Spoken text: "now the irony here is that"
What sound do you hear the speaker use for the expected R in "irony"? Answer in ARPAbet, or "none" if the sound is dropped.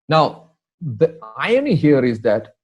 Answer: none